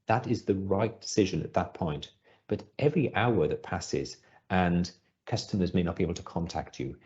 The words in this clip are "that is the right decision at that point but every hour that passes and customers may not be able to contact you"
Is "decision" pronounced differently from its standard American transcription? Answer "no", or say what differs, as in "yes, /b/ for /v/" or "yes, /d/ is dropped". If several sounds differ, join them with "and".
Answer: no